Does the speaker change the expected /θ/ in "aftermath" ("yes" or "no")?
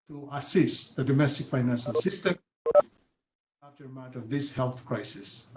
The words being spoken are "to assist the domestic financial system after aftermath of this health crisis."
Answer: yes